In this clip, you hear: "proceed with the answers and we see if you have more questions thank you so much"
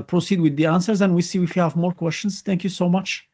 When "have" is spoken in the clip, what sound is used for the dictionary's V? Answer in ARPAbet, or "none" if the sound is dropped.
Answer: V